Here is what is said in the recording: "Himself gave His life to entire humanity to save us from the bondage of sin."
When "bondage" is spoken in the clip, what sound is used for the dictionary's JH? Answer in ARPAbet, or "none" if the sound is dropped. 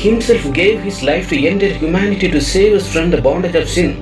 JH